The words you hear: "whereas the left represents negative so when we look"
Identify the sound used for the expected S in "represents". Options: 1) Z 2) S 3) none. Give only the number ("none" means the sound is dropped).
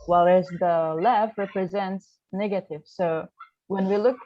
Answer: 2